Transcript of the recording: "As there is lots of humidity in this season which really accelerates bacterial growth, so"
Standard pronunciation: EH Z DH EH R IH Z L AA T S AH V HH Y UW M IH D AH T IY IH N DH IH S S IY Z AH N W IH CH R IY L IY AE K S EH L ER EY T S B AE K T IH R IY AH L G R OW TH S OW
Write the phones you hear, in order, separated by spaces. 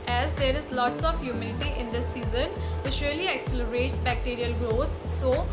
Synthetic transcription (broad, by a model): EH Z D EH R IH Z L AA T S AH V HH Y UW M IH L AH T IY IH N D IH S S IY Z AH N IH S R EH L IY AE K S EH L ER EY T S B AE K T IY R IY AH L G R OW T S OW